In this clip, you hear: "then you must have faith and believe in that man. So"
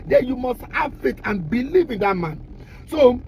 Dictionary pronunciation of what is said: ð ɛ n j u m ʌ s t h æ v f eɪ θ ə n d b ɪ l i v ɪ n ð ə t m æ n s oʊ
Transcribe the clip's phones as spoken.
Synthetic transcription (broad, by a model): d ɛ j u m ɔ s t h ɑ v f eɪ t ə n b ɪ l i v ɪ n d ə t m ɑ n s oʊ